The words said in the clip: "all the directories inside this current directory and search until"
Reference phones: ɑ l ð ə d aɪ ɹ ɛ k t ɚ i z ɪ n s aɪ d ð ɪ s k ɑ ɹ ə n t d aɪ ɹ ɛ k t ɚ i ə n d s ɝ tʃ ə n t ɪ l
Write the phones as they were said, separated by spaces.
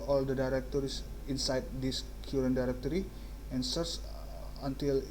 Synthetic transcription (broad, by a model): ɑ l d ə d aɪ ɹ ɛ k t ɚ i s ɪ n s aɪ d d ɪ s k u ɹ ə n d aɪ ɹ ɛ k t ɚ i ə n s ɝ s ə n t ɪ l